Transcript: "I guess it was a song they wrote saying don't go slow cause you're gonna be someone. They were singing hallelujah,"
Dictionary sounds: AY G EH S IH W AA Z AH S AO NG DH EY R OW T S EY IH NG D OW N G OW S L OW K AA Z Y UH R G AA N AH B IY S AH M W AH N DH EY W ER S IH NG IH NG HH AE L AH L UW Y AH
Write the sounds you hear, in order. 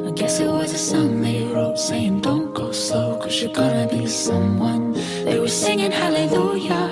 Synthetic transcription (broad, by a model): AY G EH S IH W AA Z AH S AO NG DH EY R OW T S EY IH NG D OW N G OW S OW K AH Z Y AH R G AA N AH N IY S AH M W AH N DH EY W ER S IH NG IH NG HH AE L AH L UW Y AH